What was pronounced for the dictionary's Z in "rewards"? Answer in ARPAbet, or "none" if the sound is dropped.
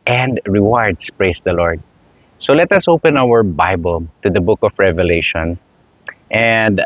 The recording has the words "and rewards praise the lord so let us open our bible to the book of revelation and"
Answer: S